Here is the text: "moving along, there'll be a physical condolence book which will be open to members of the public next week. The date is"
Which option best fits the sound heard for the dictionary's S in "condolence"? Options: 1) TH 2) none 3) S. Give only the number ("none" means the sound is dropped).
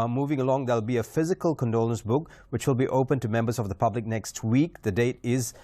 3